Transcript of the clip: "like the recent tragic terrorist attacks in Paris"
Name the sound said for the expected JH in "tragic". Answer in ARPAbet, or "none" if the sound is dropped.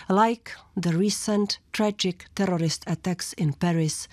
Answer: JH